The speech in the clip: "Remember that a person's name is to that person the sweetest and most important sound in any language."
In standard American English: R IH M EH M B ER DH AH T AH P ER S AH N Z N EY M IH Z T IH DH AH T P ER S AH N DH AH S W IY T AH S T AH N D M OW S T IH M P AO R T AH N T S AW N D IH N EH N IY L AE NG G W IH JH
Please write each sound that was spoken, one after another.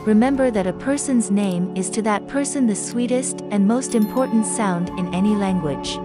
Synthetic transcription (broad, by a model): R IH M EH M B ER DH AH T AH P ER S AH N Z N EY M IH Z T IH DH AH T P ER S AH N DH AH S W IY T AH S T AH N M OW S T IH M P AO R T N T S AW N D IH N EH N IY L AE NG G W IH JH